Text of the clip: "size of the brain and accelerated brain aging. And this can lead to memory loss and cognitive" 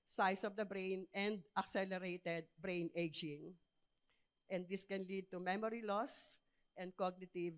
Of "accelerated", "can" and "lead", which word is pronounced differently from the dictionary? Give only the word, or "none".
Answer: none